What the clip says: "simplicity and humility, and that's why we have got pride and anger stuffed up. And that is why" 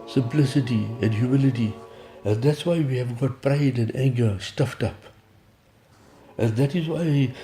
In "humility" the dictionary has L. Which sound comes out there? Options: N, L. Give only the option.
L